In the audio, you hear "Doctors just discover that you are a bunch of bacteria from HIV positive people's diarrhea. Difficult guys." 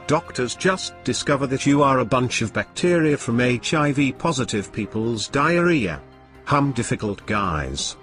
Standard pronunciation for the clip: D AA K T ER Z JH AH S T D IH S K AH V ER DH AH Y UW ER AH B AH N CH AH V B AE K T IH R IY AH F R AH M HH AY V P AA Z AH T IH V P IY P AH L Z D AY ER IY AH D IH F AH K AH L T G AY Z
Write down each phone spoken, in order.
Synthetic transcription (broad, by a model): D AA K T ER Z JH AH S D IH S K AH V ER DH AH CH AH ER AH B AH N CH AH V B AE K T IH R IY AH F R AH M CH AY V P AA Z AH T IH V P IY P AH L Z D AY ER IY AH D IH F AH K AH L T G AY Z